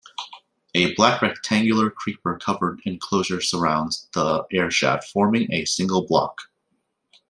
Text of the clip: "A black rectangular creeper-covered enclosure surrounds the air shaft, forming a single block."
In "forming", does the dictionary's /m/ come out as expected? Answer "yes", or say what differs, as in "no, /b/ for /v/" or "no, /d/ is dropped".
yes